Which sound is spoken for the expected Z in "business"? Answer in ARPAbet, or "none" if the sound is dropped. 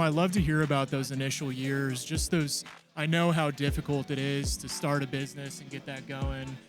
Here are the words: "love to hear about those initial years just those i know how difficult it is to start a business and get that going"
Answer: Z